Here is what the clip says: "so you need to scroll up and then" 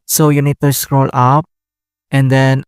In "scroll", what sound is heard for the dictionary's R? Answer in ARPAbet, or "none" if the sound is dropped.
R